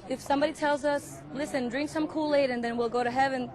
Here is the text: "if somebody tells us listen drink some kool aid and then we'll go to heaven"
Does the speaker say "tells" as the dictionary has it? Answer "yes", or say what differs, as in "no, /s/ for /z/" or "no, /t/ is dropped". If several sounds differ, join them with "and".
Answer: yes